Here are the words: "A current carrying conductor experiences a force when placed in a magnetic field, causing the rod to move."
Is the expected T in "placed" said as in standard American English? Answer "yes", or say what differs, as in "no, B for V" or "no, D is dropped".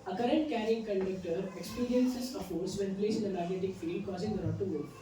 no, T is dropped